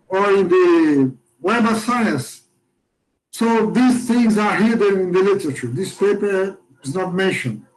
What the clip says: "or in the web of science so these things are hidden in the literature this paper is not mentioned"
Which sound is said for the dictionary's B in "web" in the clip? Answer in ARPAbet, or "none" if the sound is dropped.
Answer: none